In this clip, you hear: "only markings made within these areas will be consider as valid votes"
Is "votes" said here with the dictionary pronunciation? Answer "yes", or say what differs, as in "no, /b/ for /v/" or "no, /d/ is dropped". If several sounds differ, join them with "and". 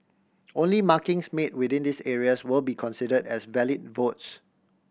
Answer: yes